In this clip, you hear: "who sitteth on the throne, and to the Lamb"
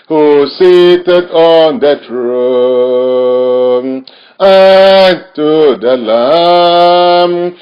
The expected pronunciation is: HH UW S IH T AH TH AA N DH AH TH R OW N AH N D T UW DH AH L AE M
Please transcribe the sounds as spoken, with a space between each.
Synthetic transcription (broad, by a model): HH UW S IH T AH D AA N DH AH T R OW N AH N T UW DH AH L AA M